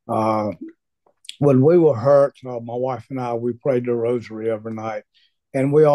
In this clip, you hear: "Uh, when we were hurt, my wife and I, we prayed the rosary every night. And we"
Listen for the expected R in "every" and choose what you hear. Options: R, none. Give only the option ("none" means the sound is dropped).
none